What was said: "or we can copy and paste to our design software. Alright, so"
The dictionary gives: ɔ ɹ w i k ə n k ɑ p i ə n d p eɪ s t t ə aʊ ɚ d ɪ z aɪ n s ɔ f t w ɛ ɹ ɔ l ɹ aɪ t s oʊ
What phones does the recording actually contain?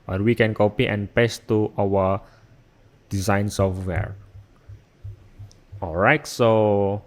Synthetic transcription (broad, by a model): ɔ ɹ w i k ə n k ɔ p i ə n p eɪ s t t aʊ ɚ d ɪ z aɪ n s ɔ f t w ɛ ɹ ɔ l ɹ aɪ t s oʊ